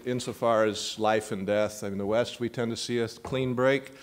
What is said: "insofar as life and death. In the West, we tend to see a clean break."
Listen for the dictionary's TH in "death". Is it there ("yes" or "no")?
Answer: yes